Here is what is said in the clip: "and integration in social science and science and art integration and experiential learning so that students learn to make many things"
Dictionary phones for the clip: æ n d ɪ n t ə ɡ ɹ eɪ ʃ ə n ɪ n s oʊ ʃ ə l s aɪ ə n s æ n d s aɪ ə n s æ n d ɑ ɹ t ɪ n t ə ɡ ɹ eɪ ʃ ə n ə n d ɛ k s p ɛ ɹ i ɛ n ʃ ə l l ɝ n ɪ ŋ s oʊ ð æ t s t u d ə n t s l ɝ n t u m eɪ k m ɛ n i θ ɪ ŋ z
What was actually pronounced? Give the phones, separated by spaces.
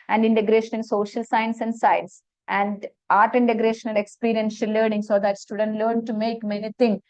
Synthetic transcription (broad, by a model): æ n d ɪ n t ə ɡ ɹ eɪ ʃ ə n ɪ n s oʊ ʃ ə l s aɪ ə n s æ n d s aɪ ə n s æ n d ɑ ɹ t ɪ n t ə ɡ ɹ eɪ ʃ ə n ə n d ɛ k s p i ɹ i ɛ n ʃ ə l l ɝ n ɪ ŋ s oʊ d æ t s t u d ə n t l ɝ n t u m eɪ k m ɛ n i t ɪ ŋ